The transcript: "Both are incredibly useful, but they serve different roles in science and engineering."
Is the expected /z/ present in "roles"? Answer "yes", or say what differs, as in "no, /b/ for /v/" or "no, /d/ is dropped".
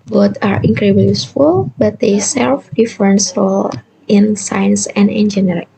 no, /z/ is dropped